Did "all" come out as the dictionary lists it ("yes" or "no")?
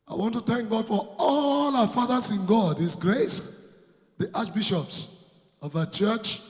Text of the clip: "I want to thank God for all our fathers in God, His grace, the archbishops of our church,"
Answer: yes